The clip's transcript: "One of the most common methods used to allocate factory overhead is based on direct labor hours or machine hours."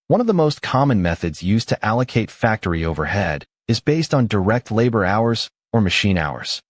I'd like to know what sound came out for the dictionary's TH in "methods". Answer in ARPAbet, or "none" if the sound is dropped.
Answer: TH